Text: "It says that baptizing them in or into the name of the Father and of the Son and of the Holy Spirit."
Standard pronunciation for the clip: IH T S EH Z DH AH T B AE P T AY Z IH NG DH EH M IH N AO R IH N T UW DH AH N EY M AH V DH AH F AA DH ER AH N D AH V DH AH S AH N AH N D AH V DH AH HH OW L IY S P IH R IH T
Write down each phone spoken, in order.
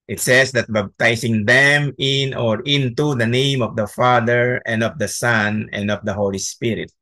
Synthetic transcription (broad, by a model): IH T S EH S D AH T B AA B T AY S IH NG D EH M IH N AO R IH N T UW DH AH N EY M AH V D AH F AA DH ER AH N D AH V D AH S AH N AH N D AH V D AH HH OW L IY S P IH R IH T